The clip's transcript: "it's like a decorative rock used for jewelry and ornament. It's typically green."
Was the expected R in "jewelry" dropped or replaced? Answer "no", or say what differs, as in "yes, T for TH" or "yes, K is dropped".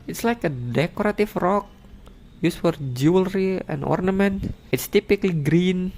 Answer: no